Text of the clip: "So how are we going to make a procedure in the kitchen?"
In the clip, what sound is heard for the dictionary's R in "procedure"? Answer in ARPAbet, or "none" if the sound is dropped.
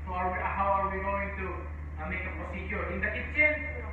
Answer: none